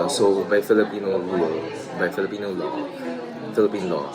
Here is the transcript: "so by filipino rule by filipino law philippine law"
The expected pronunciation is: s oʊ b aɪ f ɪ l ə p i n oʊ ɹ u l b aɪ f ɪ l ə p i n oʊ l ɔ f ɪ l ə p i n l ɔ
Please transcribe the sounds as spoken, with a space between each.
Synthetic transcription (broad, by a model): s oʊ b aɪ f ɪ l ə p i n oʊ l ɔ b aɪ f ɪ l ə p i n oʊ l ɔ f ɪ l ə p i n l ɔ